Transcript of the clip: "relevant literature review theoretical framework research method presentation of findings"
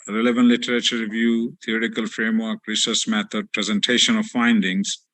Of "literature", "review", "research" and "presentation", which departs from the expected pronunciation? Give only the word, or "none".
research